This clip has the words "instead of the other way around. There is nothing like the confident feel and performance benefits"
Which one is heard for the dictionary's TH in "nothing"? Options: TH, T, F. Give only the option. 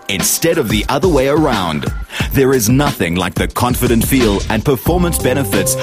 TH